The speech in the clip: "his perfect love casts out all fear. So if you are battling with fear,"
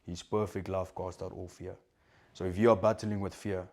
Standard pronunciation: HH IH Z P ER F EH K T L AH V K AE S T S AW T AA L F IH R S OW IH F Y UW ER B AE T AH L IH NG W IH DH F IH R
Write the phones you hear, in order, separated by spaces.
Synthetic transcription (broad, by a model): HH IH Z P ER F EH K T L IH F K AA S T AW T AA L F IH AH S OW IH F Y UW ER B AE T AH L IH NG W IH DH F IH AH